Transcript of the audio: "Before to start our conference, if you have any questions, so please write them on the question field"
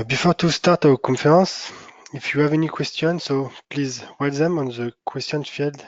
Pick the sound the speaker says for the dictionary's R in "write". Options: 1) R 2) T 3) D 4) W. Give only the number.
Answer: 4